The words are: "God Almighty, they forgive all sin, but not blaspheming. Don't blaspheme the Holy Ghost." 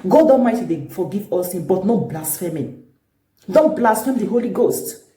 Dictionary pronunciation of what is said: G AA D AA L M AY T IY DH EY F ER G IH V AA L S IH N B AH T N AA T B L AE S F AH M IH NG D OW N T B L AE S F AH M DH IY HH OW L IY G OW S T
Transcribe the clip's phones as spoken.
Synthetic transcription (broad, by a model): G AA D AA M AY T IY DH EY F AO G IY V AA L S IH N B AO T N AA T B L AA S F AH M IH D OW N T B L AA S F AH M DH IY HH OW L IY G OW S T